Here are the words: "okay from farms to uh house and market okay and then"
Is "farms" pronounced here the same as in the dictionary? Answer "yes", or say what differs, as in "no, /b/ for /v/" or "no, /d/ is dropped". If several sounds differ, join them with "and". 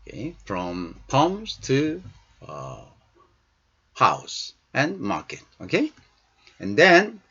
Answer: no, /p/ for /f/